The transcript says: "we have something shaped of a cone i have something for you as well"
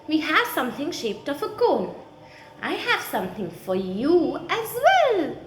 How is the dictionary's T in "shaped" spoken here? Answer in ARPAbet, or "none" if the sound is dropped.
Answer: T